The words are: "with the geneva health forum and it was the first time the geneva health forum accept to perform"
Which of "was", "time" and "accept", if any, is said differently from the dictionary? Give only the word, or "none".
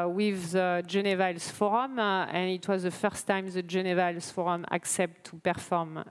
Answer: none